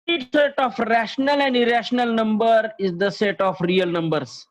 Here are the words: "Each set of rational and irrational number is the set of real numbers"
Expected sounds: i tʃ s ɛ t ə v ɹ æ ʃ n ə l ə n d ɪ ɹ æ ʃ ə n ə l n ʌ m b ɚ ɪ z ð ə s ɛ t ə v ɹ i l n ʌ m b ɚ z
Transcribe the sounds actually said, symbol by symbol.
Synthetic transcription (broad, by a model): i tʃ s ɛ t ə f ɹ æ ʃ n ə l ə n d ɪ ɹ æ ʃ ə n ə l n ʌ m b ɚ ɪ z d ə s ɛ t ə f ɹ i l n ʌ m b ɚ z